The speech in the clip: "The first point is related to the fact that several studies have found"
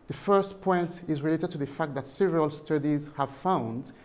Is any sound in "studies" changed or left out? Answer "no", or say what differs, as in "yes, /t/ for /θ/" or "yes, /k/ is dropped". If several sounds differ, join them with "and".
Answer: no